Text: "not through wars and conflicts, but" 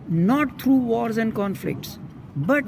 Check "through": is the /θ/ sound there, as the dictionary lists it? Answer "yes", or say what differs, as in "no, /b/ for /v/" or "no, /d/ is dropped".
no, /t/ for /θ/